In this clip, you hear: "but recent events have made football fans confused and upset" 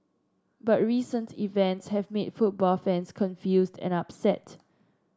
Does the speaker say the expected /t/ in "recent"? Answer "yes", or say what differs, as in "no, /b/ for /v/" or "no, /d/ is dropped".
yes